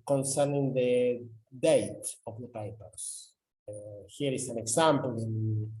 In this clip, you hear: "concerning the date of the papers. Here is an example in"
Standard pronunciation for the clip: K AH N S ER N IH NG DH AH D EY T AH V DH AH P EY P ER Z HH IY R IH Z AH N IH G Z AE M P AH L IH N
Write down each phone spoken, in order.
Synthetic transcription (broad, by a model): K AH N S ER N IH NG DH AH D EY T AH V DH AH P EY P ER S HH IY R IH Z AH N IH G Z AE M P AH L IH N